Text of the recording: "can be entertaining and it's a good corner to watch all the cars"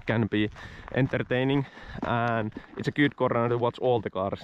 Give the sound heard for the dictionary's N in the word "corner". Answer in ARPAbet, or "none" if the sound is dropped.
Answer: none